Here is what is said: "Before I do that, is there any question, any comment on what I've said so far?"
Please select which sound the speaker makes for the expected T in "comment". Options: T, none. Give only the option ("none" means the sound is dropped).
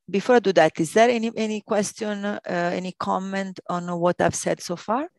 T